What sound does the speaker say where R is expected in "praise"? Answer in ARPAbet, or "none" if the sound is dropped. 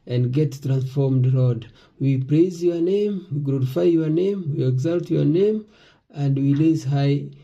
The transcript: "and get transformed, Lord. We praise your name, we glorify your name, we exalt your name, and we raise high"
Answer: R